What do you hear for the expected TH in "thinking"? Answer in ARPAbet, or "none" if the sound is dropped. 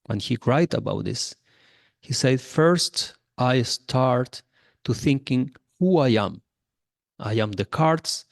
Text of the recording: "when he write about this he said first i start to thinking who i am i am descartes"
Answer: TH